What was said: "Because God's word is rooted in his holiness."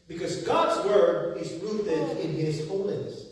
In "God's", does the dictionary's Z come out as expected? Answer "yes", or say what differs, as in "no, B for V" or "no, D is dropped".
yes